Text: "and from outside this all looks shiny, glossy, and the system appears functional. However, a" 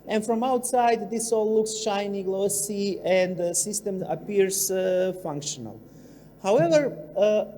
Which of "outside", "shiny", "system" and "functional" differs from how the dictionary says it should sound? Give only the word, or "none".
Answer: none